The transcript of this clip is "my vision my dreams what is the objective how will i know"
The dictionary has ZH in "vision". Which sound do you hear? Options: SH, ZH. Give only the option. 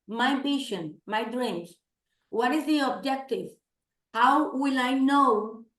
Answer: SH